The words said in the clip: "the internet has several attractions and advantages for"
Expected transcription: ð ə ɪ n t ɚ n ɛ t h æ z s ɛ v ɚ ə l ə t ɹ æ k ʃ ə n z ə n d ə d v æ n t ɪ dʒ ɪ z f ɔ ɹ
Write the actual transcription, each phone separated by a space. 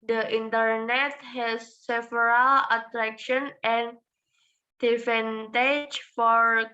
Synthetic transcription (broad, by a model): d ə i n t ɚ n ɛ t h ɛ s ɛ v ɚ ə l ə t ɹ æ k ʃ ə n ə n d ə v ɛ n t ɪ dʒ f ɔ ɹ